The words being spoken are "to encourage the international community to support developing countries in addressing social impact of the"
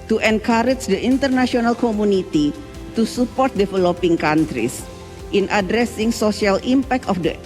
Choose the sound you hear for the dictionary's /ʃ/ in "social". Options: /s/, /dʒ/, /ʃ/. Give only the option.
/s/